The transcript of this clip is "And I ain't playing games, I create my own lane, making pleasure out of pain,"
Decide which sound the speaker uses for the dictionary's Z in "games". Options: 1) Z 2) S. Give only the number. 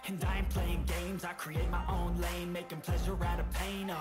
1